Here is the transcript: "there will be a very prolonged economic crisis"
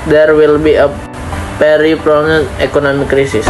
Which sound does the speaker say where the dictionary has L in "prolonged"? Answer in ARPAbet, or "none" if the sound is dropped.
N